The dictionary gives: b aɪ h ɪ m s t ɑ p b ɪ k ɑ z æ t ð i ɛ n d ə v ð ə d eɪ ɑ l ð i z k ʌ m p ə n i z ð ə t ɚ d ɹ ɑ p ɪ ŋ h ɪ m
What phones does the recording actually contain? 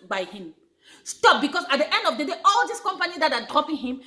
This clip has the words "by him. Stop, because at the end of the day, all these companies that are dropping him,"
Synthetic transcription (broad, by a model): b aɪ h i m s t ɑ p b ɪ k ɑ s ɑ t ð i ɛ n d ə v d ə d eɪ ɑ l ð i s k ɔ m p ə n i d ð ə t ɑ d ɹ ɑ p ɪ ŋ h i m